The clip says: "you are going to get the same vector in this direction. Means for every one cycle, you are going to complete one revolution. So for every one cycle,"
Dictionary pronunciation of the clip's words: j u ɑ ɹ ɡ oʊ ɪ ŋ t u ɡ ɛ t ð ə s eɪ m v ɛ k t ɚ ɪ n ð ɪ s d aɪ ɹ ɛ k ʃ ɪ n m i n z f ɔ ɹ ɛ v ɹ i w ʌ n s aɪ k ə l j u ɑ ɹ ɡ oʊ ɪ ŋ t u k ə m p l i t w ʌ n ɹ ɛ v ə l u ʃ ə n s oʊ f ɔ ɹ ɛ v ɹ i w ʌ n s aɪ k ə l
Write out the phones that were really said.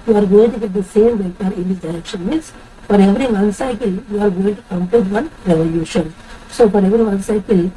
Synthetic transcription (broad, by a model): j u ɑ ɹ ɡ oʊ ɪ ŋ t u ɡ ɛ t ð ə s eɪ m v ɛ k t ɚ ɪ n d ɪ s d aɪ ɹ ɛ k ʃ ɪ n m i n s f ɔ ɹ ɛ v ɹ i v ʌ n s aɪ k ə l j u ɑ ɹ ɡ oʊ ɪ ŋ t u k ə m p ɔ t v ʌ n ɹ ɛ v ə l u ʃ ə n s oʊ f ɔ ɹ ɛ v ɹ i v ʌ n s aɪ k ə l